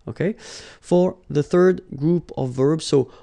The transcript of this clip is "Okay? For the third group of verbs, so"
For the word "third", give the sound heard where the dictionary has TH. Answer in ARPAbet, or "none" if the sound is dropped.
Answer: TH